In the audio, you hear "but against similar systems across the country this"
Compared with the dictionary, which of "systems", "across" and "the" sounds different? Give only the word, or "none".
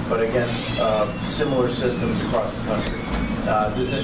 none